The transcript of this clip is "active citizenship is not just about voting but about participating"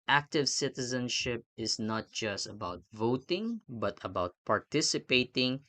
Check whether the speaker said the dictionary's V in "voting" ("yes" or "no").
yes